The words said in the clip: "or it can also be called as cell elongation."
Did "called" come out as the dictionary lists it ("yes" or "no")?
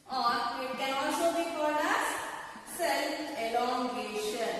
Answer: no